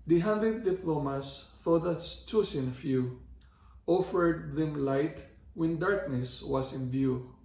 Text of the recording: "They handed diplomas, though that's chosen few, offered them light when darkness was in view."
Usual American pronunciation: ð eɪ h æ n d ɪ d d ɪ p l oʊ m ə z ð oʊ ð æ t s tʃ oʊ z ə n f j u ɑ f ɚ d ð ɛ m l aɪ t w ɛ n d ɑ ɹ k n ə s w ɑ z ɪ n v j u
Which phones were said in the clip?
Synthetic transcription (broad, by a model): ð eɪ h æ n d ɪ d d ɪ p l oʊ m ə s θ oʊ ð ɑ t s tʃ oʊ s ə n f j u ɑ f ɚ d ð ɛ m l aɪ t w ɛ n d ɑ ɹ k n ə s w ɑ s ɪ n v j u